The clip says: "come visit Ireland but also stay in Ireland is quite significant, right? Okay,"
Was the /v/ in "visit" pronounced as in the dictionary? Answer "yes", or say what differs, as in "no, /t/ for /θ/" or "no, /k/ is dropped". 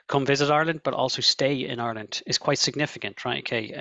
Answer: yes